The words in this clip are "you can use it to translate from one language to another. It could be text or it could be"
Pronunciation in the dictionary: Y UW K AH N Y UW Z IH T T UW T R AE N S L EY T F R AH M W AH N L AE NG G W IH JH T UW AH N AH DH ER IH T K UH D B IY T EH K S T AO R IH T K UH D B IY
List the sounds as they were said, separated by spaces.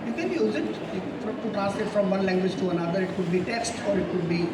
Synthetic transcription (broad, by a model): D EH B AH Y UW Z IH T T UW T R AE S IH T F R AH M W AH N L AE NG G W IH JH T UW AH N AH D ER IH T K UH D B IY T EH K S T AO R IH T K UH D B IY